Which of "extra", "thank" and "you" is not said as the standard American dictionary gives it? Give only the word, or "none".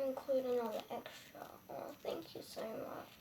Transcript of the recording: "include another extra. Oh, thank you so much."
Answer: none